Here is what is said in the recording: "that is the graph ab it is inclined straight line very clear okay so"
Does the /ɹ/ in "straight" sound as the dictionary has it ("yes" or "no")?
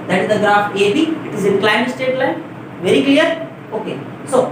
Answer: no